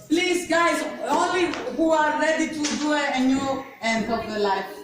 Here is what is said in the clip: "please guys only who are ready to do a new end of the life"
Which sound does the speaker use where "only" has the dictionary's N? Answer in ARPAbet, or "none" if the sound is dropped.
none